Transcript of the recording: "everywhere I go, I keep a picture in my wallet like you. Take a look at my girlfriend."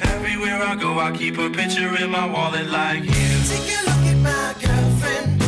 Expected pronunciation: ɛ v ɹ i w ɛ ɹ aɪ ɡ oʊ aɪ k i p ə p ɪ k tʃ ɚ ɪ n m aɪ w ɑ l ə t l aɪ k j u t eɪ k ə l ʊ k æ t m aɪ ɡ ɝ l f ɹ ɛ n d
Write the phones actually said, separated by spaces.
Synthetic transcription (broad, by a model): ɛ v ɹ i w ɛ ɹ aɪ ɡ oʊ aɪ k i p ə p ɪ k tʃ ɚ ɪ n m aɪ w ɑ l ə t l aɪ k j u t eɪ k ə l ʊ k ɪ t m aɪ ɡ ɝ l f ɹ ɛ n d